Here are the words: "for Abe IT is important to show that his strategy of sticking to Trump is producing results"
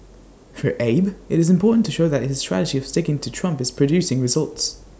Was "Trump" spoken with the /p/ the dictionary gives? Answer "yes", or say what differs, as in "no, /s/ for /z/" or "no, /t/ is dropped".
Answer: yes